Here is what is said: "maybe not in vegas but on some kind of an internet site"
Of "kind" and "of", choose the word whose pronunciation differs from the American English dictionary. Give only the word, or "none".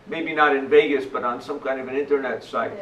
none